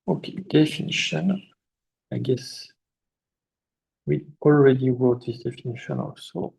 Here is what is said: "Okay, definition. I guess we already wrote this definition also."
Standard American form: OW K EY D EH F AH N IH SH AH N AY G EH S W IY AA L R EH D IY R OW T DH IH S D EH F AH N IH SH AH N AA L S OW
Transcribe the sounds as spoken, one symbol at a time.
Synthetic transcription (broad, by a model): OW K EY D EH F AH N IH SH AH N AY G EH S W IY AA L R EH D IY W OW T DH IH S D EH F AH N IH SH AH N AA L S OW